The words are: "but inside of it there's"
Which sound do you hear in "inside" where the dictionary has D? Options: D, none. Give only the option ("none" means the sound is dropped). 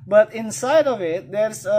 D